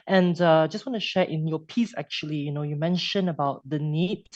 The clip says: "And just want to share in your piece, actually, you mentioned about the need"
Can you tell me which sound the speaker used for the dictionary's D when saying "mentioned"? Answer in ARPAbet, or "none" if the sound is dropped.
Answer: none